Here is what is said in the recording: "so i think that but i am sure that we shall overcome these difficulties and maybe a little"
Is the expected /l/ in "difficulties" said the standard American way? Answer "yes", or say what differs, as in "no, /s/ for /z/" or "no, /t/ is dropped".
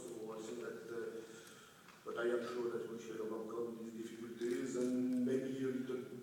yes